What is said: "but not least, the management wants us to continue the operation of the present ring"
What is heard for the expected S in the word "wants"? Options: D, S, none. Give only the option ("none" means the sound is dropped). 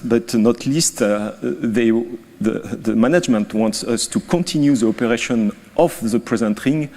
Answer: S